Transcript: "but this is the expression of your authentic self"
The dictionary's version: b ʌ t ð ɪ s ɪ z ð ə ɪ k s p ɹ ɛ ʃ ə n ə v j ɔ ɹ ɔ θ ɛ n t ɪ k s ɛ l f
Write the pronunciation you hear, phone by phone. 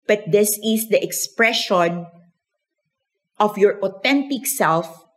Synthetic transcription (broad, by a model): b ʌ t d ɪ s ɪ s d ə ɪ k s p ɹ ɛ ʃ ə n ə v j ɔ ɹ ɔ t ɛ n t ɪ k s ɛ l f